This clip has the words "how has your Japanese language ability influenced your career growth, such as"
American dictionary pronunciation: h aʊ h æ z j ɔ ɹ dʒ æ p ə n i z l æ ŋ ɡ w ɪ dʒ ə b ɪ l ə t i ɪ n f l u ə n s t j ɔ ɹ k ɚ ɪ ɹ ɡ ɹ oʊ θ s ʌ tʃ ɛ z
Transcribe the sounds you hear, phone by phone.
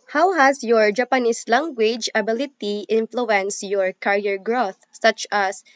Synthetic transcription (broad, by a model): h aʊ h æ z j ɔ ɹ dʒ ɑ p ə n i s l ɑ ŋ ɡ w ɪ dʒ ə b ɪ l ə t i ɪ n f l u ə n s t j ɔ ɹ k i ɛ ɹ ɡ ɹ oʊ θ s ʌ tʃ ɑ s